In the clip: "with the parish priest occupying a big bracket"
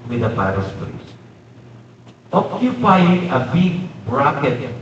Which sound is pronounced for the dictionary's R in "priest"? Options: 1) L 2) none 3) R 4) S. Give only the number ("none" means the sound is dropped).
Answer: 1